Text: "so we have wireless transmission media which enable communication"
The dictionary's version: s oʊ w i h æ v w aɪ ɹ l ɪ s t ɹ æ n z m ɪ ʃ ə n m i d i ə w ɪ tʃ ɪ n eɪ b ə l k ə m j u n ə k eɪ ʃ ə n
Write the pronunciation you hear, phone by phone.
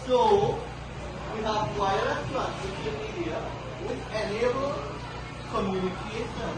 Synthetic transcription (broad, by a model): s oʊ w i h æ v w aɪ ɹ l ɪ t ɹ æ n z ɪ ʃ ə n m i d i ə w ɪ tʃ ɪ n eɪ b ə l k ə m j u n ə k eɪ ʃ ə n